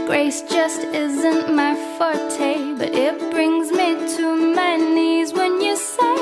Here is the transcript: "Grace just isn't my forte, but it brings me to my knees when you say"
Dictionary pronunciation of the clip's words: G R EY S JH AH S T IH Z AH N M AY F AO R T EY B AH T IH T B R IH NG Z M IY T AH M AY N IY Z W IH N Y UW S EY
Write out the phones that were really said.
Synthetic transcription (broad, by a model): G R EY S JH AH S T IH Z AH N M AY F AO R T EY B AH T IH T B R IH NG Z M IY T AH M AY N IY Z W IH N Y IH S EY